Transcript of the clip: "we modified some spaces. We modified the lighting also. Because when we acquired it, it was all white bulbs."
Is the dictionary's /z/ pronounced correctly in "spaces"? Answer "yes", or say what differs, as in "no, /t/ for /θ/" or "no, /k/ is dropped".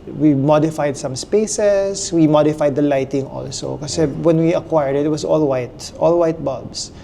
no, /s/ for /z/